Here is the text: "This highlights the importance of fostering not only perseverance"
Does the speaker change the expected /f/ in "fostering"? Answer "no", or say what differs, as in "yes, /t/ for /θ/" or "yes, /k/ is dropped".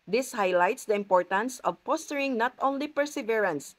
yes, /p/ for /f/